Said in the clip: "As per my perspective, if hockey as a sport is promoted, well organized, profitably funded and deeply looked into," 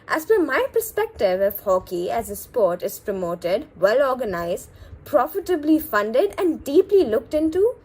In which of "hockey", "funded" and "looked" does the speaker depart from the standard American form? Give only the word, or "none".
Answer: none